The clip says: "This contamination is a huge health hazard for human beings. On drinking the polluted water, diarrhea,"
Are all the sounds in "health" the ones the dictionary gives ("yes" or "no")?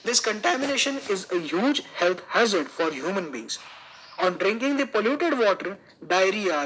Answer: no